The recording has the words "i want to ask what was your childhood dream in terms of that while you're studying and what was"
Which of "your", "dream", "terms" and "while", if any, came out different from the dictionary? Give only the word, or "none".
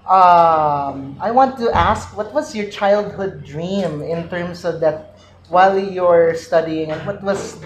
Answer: terms